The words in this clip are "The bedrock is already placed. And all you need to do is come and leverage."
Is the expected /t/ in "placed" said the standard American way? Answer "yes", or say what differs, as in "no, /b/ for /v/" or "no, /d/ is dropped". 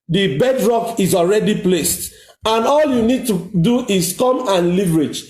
yes